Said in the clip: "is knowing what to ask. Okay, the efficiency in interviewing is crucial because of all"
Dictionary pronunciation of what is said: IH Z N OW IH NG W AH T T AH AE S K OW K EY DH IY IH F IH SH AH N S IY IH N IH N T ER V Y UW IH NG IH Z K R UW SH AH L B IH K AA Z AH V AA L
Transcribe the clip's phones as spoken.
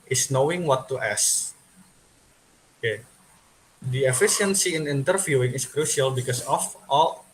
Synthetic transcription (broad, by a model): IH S N OW IH NG W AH T T AH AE S OW K EY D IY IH F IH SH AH N S IY IH N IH N T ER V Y UW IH NG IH S K R UW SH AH L B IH K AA S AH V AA L